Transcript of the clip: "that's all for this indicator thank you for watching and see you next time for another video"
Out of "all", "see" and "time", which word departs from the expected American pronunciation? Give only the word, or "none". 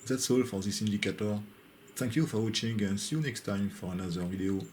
none